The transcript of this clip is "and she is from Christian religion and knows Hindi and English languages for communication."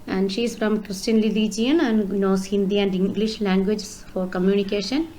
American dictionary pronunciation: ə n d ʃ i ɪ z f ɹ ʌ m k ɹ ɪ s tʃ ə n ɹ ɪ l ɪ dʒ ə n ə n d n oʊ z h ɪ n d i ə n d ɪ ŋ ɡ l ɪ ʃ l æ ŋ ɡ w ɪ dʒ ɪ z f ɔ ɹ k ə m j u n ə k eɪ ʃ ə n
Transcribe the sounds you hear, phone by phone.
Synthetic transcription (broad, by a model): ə n d ʃ i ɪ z f ɹ ʌ m k ɹ ɪ s tʃ ə n l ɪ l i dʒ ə n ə n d n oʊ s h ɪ n d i ə n d ɪ ŋ ɡ l ɪ ʃ l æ ŋ ɡ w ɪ dʒ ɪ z f ɔ ɹ k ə m j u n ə k eɪ ʃ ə n